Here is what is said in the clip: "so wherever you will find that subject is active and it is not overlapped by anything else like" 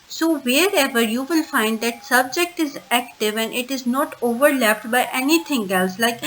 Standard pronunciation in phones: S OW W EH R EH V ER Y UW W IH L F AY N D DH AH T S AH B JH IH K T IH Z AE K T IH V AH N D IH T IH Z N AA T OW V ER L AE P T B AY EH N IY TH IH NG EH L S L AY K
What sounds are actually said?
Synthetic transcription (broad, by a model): S OW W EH R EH V ER Y UW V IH L F AY N D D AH T S AH B JH IH K T IH Z AE K T IH V AH N D IH T IH Z N AA T OW V ER L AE P T B AY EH N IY T IH NG EH L S L AY K